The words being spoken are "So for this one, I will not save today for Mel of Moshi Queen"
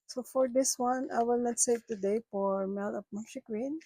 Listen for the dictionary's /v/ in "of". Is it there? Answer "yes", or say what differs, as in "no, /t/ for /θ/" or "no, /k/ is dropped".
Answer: no, /p/ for /v/